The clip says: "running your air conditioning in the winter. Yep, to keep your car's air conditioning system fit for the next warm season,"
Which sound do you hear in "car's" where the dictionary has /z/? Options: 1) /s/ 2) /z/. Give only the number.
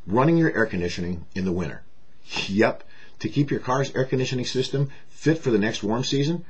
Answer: 2